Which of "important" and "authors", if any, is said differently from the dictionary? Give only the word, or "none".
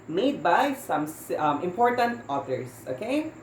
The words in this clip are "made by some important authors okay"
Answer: authors